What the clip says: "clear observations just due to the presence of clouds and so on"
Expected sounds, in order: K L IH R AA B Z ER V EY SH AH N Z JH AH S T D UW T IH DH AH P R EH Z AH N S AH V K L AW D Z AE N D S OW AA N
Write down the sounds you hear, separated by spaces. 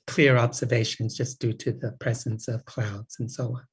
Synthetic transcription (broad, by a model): K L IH R AA B Z ER V EY SH AH N Z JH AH S D UW T IH DH AH P R EH Z AH N S AH V K L AW D Z N S OW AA N